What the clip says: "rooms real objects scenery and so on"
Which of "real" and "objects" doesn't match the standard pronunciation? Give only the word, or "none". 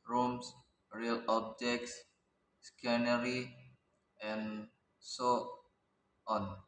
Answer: objects